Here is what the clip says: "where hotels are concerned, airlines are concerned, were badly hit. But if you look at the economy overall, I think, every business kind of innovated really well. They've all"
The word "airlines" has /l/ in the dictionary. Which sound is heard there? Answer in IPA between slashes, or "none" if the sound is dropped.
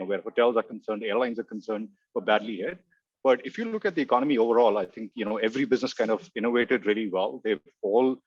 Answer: /l/